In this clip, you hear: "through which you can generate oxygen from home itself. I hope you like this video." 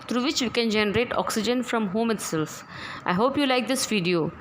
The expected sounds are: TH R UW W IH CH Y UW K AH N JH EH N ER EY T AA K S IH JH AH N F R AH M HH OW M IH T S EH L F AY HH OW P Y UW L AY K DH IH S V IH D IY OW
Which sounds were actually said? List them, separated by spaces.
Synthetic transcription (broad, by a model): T R UW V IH CH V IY K AH N JH EH N ER EY T AA K S IH JH AH N F R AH M HH OW M IH T S EH L F AY HH OW P Y UW L AY K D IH S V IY D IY OW